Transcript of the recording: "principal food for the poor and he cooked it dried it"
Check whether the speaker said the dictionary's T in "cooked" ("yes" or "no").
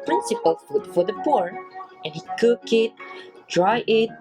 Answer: no